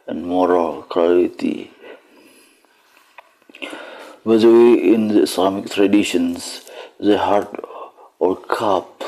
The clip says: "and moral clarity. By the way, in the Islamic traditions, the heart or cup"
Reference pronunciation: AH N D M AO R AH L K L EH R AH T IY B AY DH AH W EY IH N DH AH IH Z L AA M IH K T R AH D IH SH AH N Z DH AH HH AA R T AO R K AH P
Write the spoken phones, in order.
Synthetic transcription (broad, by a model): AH N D M AO R AH L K AA AH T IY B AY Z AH W EY IH N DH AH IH S L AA M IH K T R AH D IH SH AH N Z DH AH HH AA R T AO R K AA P